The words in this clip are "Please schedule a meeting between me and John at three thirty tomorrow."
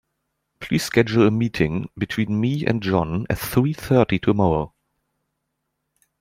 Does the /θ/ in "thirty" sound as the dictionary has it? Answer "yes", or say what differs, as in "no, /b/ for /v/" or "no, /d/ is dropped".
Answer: yes